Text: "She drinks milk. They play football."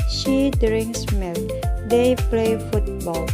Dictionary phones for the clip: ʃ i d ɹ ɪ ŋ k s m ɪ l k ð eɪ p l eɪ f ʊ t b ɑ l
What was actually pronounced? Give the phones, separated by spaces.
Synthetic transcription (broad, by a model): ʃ i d ɹ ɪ ŋ s m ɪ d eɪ p l eɪ f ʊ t b ɑ l